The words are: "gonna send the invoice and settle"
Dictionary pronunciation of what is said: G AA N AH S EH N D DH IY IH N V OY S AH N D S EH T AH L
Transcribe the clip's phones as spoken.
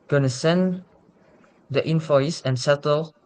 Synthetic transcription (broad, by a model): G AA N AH S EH N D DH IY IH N F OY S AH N S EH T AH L